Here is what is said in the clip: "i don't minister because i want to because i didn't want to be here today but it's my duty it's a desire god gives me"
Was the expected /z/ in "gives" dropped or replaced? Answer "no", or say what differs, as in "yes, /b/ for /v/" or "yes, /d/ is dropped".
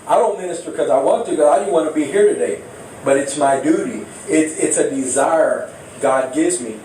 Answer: no